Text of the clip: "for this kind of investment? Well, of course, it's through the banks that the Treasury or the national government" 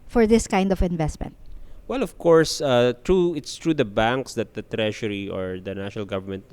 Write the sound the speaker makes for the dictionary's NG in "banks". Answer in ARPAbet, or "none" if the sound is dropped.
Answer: NG